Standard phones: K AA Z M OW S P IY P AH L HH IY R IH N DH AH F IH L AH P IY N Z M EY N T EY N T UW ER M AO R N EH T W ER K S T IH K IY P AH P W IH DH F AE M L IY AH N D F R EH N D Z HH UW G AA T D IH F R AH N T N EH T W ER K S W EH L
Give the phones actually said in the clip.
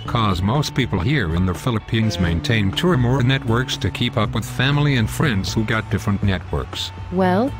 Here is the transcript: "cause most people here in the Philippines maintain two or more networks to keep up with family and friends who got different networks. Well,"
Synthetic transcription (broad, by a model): K AA Z M OW S P IY P L HH IY R IH N DH AH F IH L AH P IY N Z M EY N T EY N T UW ER M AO R N EH T W ER K S T IH K IY P AH P W IH DH F AE M L IY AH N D F R EH N D Z HH UW G AA T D IH F R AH N N EH T W ER K S W EH L